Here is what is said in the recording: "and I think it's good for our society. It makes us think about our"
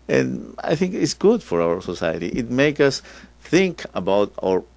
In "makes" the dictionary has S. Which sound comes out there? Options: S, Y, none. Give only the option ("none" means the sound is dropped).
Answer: none